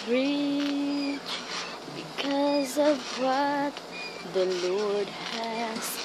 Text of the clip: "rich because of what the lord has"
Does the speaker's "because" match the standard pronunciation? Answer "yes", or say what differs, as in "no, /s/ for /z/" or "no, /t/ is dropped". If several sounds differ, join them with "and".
yes